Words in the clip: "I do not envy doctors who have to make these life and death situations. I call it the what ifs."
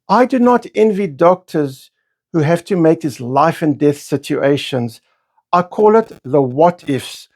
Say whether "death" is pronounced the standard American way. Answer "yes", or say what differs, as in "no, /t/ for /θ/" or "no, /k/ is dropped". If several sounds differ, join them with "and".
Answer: yes